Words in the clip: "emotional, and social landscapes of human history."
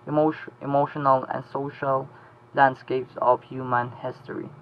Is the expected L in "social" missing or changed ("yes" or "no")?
no